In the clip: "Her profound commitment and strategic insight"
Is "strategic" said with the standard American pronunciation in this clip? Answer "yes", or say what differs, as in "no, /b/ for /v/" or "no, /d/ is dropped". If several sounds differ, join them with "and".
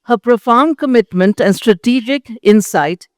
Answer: yes